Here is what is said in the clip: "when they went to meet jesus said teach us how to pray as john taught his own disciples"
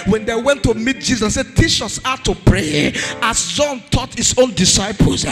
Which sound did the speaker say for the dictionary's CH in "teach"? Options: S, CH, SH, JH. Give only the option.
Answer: SH